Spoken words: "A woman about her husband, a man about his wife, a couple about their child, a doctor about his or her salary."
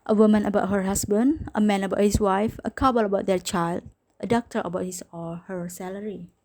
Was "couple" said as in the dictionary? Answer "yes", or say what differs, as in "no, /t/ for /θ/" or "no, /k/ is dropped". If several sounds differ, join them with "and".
no, /b/ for /p/